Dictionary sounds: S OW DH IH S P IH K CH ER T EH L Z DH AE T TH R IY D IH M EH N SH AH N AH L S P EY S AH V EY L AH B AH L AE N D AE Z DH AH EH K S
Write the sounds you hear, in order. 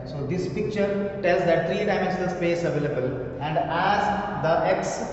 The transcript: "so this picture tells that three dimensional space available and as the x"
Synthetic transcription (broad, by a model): S OW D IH S P IH K CH ER T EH L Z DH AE T T R IY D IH IH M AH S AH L S P EY S AH V EY L AH B AH L AE N D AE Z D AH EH K S